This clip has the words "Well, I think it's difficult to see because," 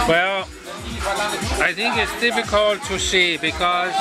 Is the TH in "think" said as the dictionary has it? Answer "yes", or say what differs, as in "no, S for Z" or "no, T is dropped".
no, T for TH